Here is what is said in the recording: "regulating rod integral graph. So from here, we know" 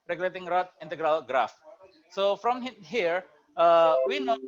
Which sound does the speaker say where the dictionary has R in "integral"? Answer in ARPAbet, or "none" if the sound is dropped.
R